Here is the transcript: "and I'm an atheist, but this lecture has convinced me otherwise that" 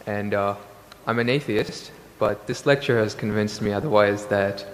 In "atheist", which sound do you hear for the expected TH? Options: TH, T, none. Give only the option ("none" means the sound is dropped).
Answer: TH